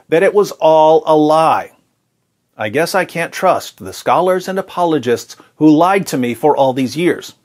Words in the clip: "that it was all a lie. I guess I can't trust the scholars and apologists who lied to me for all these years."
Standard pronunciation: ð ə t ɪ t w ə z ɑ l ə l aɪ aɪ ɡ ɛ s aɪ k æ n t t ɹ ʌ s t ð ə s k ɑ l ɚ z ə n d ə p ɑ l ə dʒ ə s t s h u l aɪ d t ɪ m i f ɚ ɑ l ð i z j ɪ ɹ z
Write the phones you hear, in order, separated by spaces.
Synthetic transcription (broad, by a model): ð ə t ɪ t w ə z ɑ l ə l aɪ aɪ ɡ ɛ s aɪ k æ n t t ɹ ʌ s t ð ə s k ɑ l ɚ z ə n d ə p ɑ l ə dʒ ə s t s h u l aɪ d t ɪ m i f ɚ ɑ l ð i z j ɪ ɹ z